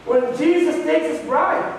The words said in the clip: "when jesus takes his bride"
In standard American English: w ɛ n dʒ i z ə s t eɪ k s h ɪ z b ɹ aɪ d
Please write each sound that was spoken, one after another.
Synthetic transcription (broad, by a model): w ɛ n dʒ i z ə s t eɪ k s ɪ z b ɹ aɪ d